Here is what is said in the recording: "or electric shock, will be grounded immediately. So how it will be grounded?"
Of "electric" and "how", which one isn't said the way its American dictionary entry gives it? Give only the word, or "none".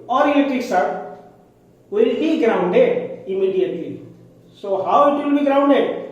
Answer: electric